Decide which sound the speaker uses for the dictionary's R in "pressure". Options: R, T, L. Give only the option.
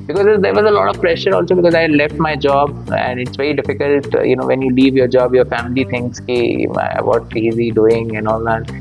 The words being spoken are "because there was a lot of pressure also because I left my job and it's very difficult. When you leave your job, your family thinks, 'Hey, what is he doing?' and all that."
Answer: R